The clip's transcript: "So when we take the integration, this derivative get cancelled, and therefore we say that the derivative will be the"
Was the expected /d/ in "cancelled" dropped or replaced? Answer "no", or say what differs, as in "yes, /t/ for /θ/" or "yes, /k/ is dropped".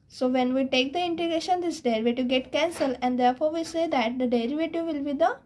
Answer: yes, /d/ is dropped